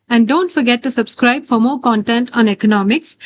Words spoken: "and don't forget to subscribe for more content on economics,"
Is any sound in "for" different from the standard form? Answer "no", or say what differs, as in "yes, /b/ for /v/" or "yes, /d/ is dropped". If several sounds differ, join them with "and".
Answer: no